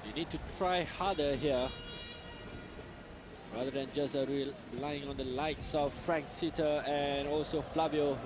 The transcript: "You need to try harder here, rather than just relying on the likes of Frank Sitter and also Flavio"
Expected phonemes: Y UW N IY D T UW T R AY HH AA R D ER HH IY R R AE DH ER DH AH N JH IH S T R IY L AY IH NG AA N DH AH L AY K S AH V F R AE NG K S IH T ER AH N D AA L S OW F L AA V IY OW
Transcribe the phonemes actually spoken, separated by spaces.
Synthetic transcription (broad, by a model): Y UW N IY D T UW T R AY HH AA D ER HH IY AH R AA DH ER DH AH N JH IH S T R IY L AY IH NG AA N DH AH L AY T S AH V F R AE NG K S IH T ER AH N AA L S OW F L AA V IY OW